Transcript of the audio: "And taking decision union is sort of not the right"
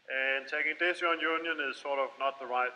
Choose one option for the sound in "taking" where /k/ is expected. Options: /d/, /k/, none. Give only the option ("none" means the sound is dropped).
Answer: /k/